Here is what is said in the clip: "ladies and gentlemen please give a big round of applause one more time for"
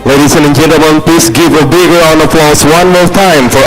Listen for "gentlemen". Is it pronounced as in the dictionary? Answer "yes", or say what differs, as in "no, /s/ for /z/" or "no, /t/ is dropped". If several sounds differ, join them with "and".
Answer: no, /l/ is dropped